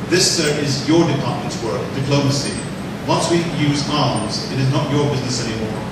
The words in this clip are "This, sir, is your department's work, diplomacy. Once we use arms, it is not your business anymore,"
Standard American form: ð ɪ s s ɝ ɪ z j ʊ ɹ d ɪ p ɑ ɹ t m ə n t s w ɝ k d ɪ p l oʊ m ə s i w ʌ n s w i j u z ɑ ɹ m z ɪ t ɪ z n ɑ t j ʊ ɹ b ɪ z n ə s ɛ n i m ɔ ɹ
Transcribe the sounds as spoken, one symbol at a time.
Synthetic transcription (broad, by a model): ð ɪ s s ɝ ɪ z j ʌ ɹ d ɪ p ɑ ɹ t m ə n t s w ɝ k d ɪ p l oʊ m ə s i w ʌ n s w i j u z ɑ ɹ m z ɪ t ɪ z n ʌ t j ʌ ɹ b ɪ z n ə s ɛ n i m ɔ ɹ